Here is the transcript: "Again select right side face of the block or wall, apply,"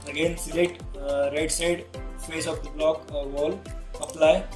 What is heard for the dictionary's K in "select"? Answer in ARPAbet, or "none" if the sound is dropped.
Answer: none